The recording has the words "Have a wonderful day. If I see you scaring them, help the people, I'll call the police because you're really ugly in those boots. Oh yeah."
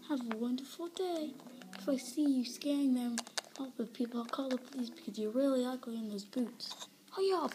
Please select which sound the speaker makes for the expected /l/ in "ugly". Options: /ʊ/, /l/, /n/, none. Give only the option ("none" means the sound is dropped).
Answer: none